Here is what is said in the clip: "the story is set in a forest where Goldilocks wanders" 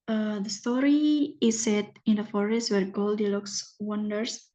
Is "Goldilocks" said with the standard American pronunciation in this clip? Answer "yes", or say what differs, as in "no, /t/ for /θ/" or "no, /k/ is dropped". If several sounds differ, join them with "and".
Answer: yes